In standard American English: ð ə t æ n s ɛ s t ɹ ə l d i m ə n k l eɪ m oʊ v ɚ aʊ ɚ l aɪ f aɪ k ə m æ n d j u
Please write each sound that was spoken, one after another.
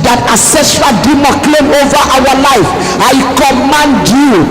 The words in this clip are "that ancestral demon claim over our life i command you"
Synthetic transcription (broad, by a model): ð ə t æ s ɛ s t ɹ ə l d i m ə k l eɪ m oʊ v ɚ aʊ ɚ l aɪ f aɪ k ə m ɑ n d j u